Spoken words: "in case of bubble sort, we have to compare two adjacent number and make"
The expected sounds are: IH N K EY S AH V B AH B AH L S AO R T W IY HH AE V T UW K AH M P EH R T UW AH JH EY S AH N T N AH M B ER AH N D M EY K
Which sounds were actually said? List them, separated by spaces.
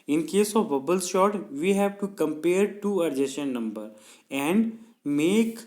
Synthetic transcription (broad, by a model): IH N K EY S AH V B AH B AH L SH AO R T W IY HH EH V T UW K AH M P EH R T UW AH JH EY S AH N N AH M B ER AH N D M EY K